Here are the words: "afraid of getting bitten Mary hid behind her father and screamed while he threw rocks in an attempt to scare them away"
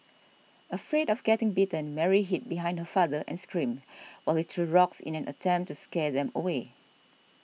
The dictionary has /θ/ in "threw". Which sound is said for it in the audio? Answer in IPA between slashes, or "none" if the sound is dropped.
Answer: /t/